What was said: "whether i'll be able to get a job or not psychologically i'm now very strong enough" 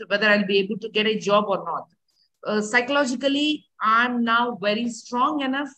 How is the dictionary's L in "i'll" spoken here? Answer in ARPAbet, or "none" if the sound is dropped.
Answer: L